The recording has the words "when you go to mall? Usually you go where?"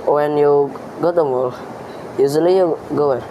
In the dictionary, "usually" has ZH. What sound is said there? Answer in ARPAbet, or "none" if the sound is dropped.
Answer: Z